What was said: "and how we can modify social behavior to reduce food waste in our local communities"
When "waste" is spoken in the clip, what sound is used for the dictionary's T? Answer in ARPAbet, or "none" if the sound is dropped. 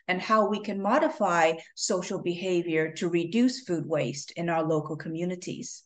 T